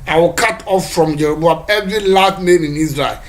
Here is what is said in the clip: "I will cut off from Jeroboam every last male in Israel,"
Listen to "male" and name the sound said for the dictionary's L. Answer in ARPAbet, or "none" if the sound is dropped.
N